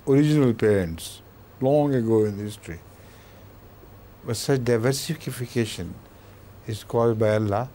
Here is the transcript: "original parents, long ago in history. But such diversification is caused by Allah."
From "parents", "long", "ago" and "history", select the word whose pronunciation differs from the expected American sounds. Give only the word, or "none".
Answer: none